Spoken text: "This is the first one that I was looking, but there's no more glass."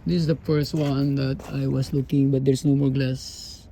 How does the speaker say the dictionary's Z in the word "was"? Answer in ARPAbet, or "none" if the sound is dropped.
S